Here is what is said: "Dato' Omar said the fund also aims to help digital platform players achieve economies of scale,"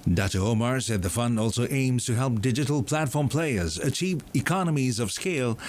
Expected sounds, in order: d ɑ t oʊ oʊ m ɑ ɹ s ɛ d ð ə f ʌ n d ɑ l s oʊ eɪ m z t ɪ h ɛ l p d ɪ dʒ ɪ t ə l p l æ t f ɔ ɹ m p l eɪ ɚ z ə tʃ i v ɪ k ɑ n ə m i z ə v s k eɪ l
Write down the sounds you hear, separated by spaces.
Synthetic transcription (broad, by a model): d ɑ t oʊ oʊ m ɑ ɹ s ɛ d ð ə f ʌ n d ɑ l s oʊ eɪ m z t ɪ h ɛ l p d ɪ dʒ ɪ t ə l p l æ t f ɔ ɹ m p l eɪ ɚ z ə tʃ i v ɪ k ɑ n ə m i z ə v s k eɪ l